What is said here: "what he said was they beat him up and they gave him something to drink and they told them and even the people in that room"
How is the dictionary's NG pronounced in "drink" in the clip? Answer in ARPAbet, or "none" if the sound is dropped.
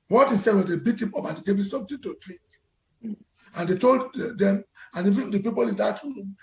none